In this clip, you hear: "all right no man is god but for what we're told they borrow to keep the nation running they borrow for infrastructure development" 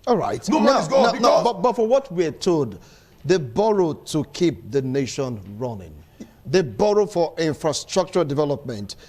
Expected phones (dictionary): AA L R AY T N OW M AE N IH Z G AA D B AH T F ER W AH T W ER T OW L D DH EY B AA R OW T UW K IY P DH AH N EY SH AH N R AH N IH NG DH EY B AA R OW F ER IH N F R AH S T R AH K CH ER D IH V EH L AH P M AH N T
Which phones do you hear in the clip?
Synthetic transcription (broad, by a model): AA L R AY T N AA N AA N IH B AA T B AH T F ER W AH T W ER T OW D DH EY B AA R OW T UW K IY P DH AH N EY SH AH N R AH N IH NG DH EY B AA R OW F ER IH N F R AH S T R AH K CH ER D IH V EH L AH P M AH N T